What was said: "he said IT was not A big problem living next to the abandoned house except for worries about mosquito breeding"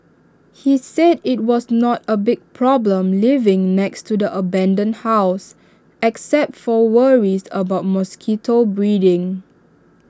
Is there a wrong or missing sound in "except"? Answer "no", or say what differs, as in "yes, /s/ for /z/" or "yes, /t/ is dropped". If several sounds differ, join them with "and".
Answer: no